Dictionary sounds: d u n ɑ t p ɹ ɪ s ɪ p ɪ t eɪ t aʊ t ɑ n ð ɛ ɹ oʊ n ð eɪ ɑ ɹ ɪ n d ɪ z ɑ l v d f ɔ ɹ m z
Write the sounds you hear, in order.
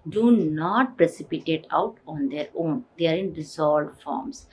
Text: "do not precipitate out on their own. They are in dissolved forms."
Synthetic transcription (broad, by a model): d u n ɑ t p ɹ ɪ s ɪ p ɪ t eɪ t aʊ t ɑ n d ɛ ɹ oʊ n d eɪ ɑ ɹ ɪ n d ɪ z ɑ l d f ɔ ɹ m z